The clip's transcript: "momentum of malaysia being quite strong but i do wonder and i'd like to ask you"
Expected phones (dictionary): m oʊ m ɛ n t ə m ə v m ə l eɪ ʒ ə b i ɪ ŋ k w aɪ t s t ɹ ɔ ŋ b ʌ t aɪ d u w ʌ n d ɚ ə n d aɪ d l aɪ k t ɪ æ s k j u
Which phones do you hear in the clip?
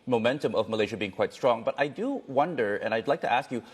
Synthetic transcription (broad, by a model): m oʊ m ɛ n t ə m ə v m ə l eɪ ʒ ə b i ɪ ŋ k w aɪ t s t ɹ ɔ ŋ b ʌ t aɪ d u w ʌ n d ɚ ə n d aɪ d l aɪ k t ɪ æ s k j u